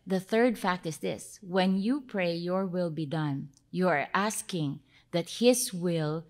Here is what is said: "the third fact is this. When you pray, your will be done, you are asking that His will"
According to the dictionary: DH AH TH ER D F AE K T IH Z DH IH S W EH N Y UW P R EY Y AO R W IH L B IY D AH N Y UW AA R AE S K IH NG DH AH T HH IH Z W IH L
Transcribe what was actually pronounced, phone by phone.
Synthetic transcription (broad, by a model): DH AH TH ER D F AE K T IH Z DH IH S W EH N Y UW P R EY Y AO R W IH L B IY D AH N Y UW AA R AE S K IH NG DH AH T HH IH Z W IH L